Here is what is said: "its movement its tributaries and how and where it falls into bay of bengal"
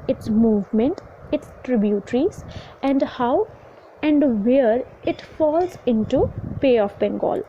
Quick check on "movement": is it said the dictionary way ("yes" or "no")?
yes